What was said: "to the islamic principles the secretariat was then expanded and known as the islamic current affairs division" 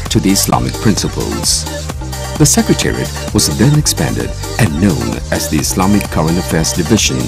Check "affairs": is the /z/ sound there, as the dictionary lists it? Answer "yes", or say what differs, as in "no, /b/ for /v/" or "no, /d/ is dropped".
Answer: yes